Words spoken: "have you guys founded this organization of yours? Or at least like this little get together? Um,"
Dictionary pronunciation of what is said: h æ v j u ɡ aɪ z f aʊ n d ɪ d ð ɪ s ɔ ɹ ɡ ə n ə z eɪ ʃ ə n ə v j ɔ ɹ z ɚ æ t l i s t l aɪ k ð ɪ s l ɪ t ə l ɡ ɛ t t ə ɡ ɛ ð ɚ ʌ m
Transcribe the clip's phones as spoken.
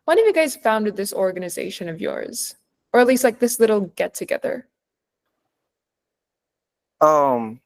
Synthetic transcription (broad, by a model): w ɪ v j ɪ ɡ aɪ z f aʊ n d ɪ d ð ɪ s ɔ ɹ ɡ ə n ə z eɪ ʃ ə n ə v j ɔ ɹ z ɚ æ t l i s t l aɪ k ð ɪ s l ɪ t l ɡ ɛ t t ə ɡ ɛ ð ɚ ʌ m